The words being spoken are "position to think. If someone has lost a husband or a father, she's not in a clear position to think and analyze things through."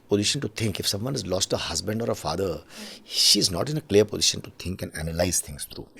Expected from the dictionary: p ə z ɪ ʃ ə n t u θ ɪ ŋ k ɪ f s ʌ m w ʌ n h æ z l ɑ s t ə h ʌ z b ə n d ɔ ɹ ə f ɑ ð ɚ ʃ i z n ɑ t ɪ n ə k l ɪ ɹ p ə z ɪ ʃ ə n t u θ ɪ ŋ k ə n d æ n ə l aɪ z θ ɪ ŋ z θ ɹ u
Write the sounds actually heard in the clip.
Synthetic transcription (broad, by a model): p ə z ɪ ʃ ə n t u t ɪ ŋ k ɪ f s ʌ m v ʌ n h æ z l ɑ s t ə h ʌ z b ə n d ɔ ɹ ə f ɑ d ɚ ʃ i z n ɑ t ɪ n ə k l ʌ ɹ p ə z ɪ ʃ ə n t u t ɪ ŋ k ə n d æ n ə l aɪ z t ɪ ŋ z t ɹ u